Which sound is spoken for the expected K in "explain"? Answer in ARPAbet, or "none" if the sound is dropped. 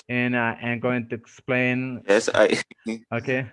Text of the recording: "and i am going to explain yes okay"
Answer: K